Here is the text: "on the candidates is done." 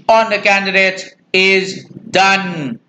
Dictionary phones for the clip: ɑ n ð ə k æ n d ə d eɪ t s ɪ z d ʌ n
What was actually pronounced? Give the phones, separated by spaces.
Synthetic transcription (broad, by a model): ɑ n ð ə k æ n d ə d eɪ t ɪ z d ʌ n